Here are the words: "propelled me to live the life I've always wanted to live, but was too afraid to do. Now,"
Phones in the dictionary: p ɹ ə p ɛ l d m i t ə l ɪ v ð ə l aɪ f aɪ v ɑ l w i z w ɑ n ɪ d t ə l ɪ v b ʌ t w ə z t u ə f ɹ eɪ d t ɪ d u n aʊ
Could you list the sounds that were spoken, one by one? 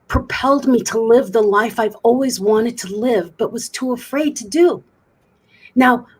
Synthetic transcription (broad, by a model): p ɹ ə p ɛ l d m i t ə l ɪ v ð ə l aɪ f aɪ v ɑ l w i z w ɑ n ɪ d t ə l ɪ v b ʌ t w ə z t u ə f ɹ eɪ d t ɪ d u n aʊ